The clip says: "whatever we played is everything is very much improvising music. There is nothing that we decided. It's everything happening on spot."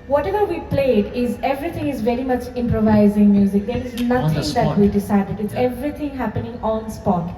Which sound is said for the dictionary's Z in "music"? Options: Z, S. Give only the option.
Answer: Z